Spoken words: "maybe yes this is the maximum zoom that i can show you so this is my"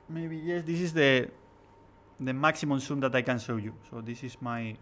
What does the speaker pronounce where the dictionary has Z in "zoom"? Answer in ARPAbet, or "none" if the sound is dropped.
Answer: S